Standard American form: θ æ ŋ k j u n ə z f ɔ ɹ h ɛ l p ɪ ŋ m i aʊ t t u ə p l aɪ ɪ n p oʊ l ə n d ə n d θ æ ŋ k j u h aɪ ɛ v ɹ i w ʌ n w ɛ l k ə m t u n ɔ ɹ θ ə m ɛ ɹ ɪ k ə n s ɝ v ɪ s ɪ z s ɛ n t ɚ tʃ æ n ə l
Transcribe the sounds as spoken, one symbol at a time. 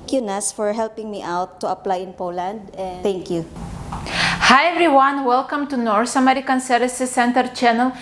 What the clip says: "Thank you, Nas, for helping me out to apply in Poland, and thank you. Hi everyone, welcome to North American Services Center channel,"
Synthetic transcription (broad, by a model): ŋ k j u n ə s f ɔ ɹ h ɛ l p ɪ ŋ m i aʊ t t u ə p l aɪ ɪ n p oʊ l ə n d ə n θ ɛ ŋ k j u h aɪ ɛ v ɹ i w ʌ n w ɛ l k ə m t u n ɔ ɹ s ə m ɛ ɹ ɪ k ə n s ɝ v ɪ s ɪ s ɛ n t ɚ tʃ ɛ n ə l